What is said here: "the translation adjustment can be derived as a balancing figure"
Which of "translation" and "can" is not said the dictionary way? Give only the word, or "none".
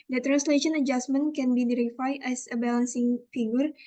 none